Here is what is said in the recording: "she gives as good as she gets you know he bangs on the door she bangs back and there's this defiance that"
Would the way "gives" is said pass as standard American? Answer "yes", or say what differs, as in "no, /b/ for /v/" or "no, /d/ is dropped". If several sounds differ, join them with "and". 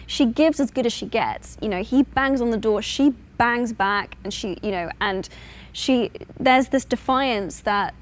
yes